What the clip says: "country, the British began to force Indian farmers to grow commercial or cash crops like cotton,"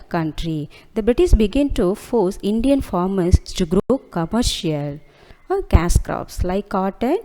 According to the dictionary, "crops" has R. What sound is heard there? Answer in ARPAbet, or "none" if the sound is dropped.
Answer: R